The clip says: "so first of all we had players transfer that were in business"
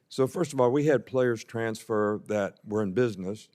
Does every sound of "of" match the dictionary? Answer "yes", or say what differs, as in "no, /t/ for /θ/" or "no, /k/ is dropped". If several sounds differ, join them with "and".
yes